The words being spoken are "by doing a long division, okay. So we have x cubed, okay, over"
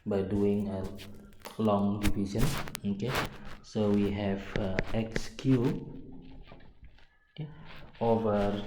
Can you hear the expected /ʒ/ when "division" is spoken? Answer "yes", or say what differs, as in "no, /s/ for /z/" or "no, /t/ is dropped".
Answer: no, /s/ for /ʒ/